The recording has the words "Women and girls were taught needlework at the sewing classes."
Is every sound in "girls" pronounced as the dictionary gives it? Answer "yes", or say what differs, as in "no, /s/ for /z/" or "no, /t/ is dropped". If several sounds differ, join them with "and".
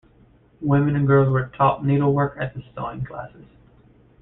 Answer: yes